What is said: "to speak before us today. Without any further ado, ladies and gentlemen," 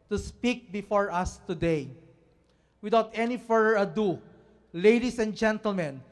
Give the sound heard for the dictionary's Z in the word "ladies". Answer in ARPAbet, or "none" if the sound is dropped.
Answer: S